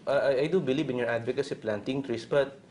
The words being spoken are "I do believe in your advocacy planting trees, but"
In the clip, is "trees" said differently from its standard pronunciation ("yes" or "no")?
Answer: yes